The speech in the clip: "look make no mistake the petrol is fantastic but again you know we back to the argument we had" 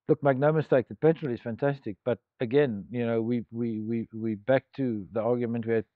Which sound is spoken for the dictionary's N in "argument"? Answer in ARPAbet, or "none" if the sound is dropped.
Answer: N